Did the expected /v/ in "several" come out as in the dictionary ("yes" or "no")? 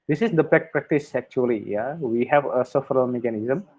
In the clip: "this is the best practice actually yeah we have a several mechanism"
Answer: no